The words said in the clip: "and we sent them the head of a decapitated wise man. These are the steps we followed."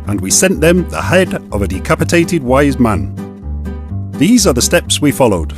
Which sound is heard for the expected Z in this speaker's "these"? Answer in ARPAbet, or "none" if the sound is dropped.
Z